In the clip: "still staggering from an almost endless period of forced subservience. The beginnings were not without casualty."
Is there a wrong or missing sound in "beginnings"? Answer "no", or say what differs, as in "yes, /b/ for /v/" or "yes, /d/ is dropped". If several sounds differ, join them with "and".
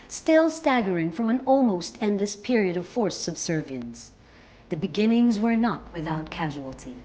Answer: no